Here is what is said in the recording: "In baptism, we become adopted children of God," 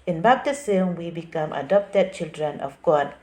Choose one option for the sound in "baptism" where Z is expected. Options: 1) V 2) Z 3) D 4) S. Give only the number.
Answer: 4